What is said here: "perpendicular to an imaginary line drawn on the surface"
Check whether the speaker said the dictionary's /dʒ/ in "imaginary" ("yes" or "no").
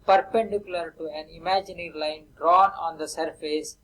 yes